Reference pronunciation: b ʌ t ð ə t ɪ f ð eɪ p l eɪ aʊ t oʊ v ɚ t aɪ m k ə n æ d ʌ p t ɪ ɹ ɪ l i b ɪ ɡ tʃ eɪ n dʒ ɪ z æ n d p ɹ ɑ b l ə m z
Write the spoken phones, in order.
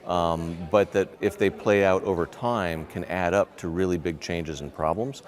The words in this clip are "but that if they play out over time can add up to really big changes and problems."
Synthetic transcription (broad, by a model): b ʌ t ð ə t ɪ f ð eɪ p l eɪ aʊ t oʊ v ɚ t aɪ m k ə n æ d ʌ p t ɪ ɹ ɪ l i b ɪ ɡ tʃ eɪ n dʒ ɪ z n p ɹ ɑ b l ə m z